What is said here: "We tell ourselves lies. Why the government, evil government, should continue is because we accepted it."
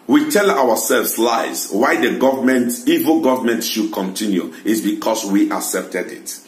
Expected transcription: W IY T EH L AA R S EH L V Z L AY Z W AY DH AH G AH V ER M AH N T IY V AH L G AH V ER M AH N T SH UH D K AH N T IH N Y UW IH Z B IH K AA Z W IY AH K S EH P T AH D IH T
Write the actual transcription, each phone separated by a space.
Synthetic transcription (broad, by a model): W IY T EH L AA W S EH L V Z L AY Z W AY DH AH G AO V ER M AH N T IY V AH L G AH V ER M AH N T SH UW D K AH N T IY N Y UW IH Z B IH K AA S W IY AH K S EH P T AH D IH T